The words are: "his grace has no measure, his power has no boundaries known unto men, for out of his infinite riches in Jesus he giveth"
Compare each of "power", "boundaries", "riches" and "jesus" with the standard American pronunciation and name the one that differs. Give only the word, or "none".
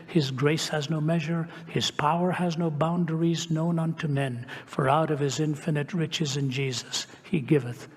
none